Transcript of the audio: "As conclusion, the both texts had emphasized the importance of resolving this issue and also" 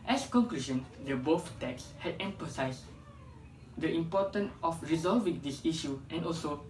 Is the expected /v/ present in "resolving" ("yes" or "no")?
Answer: yes